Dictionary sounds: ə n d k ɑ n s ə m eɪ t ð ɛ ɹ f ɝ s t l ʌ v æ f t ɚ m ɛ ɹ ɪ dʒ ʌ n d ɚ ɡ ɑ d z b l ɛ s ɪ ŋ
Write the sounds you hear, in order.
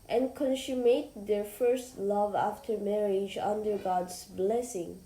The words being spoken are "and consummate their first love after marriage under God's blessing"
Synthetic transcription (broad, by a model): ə n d k ɑ n s ə m eɪ t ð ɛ ɹ f ɝ s t l ʌ v æ f t ɚ m ɛ ɹ ɪ dʒ ʌ n d ɚ ɡ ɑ d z b l ɛ s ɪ ŋ